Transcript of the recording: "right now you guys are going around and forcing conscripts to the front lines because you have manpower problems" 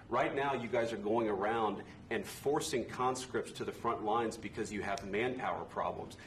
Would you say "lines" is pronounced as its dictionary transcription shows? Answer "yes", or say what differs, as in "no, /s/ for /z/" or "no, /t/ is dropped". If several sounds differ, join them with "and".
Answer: yes